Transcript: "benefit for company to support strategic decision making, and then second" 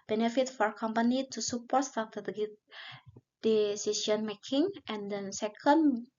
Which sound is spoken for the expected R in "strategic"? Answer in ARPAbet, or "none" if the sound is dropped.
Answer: none